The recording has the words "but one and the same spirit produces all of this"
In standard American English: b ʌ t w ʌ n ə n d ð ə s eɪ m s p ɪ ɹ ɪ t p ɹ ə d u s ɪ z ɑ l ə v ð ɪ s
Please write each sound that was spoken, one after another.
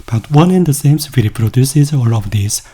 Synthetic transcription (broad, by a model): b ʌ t w ʌ n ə n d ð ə s eɪ m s f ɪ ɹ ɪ p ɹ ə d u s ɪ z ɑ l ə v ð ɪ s